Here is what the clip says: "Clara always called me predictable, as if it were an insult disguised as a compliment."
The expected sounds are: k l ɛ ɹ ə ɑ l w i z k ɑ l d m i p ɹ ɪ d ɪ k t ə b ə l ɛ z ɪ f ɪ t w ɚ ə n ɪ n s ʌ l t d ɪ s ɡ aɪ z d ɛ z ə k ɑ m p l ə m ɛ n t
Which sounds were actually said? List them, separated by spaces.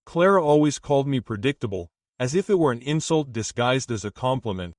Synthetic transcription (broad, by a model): k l ɛ ɹ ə ɑ l w i z k ɑ l d m i p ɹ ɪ d ɪ k t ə b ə l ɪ z ɪ f ɪ t w ɚ ə n ɪ n s ʌ l t d ɪ s ɡ aɪ z d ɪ z ə k ɑ m p l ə m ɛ n t